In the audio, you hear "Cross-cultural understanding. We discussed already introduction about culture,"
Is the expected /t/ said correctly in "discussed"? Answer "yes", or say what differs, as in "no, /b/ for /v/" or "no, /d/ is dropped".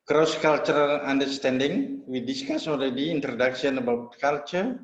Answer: no, /t/ is dropped